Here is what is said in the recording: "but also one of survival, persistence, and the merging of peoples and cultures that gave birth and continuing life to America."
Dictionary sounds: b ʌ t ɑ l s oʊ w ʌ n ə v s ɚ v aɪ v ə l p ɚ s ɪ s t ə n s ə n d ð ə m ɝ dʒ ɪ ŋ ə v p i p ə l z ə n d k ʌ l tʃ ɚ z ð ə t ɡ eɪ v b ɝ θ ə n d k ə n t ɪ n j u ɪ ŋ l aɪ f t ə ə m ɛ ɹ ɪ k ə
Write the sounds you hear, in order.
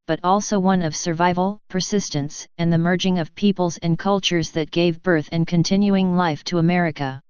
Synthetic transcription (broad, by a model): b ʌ t ɑ l s oʊ w ʌ n ə v s ɚ v aɪ v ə l p ɚ s ɪ s t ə n s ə n ð ə m ɝ dʒ ɪ ŋ ə v p i p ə l z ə n k ʌ l tʃ ɚ z ð ə t ɡ eɪ v b ɝ θ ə n k ə n t ɪ n j u ɪ ŋ l aɪ f t ə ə m ɛ ɹ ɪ k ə